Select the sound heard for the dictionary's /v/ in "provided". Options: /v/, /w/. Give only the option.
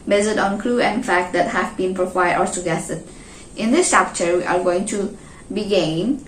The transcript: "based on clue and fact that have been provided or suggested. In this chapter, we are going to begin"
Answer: /w/